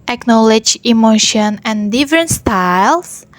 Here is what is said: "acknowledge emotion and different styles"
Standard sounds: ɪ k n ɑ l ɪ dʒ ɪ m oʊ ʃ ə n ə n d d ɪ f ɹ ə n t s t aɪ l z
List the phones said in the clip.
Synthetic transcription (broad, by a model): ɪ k n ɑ l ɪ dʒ ɪ m oʊ ʃ ə n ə n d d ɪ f ɹ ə n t s t aɪ l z